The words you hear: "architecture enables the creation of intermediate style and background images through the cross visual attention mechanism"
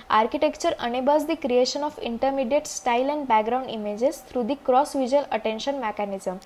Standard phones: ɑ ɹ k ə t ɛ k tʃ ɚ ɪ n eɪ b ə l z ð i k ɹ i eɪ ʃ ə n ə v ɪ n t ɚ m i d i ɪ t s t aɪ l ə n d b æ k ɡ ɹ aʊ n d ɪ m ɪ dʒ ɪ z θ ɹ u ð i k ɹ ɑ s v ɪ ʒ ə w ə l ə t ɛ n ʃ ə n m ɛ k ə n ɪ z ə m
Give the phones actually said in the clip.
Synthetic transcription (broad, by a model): ɑ ɹ k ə t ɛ k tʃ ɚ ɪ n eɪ b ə z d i k ɹ i eɪ ʃ ə n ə f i n t ɚ m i d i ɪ t s t aɪ l ə n d b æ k ɡ ɹ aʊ n d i m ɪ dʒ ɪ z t ɹ u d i k ɹ ɑ s v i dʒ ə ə l ə t ɛ n ʃ ə n m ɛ k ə n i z ə m